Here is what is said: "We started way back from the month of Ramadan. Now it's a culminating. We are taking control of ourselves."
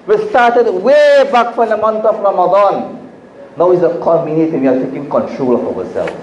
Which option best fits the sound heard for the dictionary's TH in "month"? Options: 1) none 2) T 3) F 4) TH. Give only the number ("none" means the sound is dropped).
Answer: 2